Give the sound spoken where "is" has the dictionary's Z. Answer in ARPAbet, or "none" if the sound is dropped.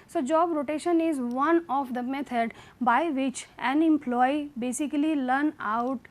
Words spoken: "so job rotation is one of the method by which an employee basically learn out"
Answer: Z